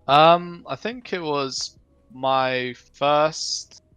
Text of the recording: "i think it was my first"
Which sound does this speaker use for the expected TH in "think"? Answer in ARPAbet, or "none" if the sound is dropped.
TH